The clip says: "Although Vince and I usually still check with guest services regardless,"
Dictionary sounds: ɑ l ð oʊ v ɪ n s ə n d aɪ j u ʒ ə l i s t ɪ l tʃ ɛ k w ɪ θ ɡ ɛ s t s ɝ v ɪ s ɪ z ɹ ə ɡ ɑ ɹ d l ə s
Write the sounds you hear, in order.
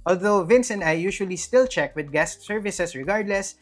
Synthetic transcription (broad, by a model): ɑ l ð oʊ v ɪ n s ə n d aɪ j u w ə l i s t ɪ l tʃ ɛ k w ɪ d ɡ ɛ s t s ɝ v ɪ s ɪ s ɹ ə ɡ ɑ ɹ d l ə s